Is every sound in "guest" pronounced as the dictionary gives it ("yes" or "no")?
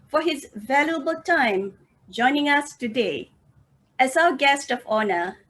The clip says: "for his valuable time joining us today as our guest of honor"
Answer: yes